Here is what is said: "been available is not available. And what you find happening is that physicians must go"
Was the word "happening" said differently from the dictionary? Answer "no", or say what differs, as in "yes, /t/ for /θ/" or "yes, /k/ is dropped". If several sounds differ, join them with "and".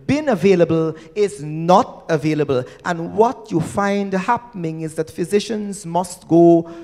no